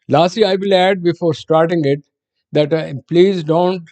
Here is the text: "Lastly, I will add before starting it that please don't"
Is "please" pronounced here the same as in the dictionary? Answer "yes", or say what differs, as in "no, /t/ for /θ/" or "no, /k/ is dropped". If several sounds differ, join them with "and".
yes